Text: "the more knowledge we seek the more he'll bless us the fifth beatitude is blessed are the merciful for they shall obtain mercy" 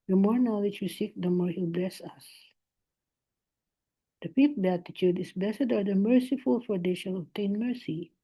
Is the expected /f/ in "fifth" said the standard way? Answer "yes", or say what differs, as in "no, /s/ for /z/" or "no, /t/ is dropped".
no, /p/ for /f/